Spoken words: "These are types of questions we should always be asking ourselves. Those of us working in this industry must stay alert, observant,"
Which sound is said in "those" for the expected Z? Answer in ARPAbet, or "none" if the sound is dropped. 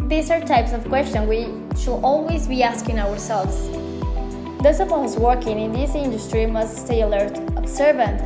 S